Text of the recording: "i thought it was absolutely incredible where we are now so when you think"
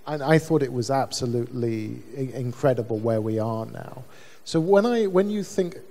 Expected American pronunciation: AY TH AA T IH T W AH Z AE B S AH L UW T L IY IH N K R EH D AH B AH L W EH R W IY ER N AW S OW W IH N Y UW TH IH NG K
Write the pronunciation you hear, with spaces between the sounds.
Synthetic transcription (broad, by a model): AY TH AA T IH T W AH Z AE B S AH L UW T L IY IH N K R EH D AH B AH L W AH R W IY ER N AW S OW W IH N Y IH TH IH NG K